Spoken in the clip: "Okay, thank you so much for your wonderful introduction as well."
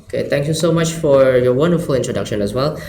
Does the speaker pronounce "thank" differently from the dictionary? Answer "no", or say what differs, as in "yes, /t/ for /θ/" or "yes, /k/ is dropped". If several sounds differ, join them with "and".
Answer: yes, /t/ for /θ/